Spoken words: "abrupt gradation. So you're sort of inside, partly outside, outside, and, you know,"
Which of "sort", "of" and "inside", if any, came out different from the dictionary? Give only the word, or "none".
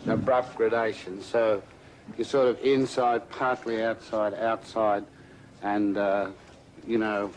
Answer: none